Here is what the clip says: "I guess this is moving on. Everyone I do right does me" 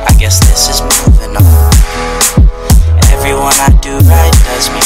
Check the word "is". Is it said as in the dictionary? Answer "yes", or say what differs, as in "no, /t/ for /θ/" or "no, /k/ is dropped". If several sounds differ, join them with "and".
yes